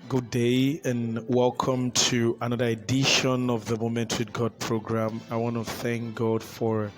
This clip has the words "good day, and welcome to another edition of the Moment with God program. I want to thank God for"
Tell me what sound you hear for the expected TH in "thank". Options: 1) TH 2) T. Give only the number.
1